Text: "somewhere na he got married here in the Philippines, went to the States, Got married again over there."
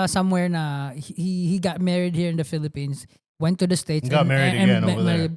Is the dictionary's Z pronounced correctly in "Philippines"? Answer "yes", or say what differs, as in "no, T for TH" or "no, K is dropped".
no, S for Z